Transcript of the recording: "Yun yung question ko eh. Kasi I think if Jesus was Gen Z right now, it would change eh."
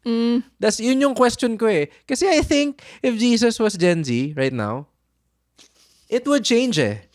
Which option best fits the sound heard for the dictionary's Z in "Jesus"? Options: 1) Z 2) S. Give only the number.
2